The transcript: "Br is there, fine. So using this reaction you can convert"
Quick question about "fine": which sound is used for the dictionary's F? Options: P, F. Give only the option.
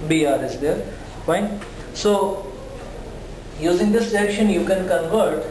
P